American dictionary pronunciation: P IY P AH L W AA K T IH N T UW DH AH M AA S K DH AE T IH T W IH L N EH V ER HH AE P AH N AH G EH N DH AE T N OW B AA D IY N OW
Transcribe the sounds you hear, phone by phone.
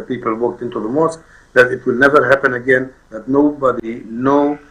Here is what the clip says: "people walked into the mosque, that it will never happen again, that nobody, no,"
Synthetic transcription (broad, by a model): P IY P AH L W AA K T IH N T UW DH AH M AA S K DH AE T IH T W IH L N EH V ER HH AE P AH N AH G EH N DH AE T N OW B AA D IY N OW